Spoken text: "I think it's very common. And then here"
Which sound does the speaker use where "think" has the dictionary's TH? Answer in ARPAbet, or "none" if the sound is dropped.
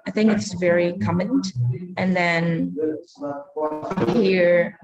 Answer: TH